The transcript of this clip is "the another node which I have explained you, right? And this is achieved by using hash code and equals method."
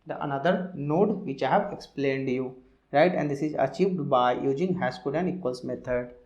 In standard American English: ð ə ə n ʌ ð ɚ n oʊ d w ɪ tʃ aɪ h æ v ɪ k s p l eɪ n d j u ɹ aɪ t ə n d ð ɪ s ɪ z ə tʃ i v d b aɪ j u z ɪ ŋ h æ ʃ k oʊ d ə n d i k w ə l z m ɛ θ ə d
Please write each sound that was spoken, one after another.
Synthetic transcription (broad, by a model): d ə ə n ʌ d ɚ n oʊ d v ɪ tʃ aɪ h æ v ɪ k s p l eɪ n d j u ɹ aɪ t ə n d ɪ s ɪ z ə tʃ i v d b aɪ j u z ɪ ŋ h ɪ s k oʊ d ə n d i k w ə l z m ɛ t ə d